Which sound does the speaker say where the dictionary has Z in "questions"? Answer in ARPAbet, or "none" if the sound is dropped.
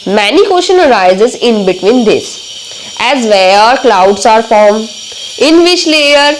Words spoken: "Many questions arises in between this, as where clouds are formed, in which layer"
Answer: none